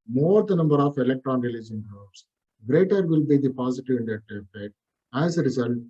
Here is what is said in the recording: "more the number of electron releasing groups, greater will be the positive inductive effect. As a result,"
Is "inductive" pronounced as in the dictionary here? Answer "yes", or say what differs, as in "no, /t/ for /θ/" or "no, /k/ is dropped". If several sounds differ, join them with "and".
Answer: no, /k/ is dropped